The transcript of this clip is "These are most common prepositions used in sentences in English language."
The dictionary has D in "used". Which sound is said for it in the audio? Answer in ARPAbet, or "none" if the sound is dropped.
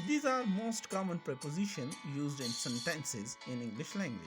D